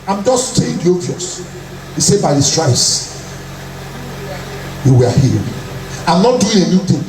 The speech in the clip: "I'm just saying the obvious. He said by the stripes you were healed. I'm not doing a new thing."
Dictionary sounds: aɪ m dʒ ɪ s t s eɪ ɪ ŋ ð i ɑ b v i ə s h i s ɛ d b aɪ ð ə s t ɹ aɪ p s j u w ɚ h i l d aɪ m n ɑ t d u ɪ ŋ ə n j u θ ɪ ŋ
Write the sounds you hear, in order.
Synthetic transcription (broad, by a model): aɪ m dʒ ɪ s t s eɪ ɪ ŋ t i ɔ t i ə s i s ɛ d b aɪ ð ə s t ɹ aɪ s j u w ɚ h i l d aɪ m n ɑ t d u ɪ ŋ ə n j u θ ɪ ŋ